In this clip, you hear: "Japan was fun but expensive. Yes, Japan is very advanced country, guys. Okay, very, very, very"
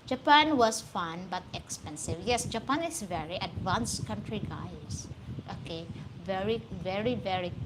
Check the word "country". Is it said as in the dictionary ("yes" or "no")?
yes